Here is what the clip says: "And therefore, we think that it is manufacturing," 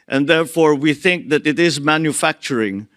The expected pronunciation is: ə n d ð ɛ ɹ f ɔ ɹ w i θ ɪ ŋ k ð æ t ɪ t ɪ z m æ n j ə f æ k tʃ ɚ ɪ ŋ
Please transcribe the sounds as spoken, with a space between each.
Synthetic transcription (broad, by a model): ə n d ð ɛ ɹ f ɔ ɹ w i θ ɪ ŋ k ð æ t ɪ t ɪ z m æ n j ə f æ k tʃ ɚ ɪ ŋ